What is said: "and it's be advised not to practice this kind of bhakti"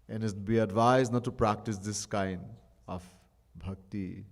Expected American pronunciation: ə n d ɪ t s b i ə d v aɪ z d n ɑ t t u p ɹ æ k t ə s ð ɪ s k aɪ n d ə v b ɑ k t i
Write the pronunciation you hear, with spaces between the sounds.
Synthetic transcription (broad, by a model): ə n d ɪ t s b i ə d v aɪ z d n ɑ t t u p ɹ æ k t ə s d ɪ s k aɪ n d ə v b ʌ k t i